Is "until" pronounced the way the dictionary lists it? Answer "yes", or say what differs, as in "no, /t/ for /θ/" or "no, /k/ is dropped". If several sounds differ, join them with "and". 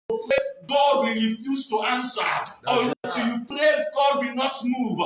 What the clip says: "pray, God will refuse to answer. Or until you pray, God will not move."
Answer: no, /n/ is dropped